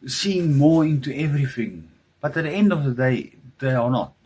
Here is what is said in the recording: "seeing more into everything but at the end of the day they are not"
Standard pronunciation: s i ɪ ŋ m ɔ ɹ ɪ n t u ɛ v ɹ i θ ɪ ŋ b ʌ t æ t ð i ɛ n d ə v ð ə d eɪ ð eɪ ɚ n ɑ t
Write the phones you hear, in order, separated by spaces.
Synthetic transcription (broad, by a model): s i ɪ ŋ m ɔ ɹ ɪ n t u ɛ v ɹ i θ ɪ ŋ b ʌ t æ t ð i ɛ n d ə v ð ə d eɪ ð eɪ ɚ n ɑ t